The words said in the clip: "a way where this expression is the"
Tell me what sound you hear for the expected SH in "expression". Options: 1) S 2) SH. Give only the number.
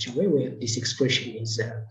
2